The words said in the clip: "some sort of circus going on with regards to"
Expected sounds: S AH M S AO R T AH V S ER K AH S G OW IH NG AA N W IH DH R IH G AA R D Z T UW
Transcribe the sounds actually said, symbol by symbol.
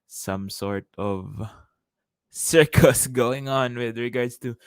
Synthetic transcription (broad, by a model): S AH M S AO R T AH V S ER K AH S G OW IH NG AA N W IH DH R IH G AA R D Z T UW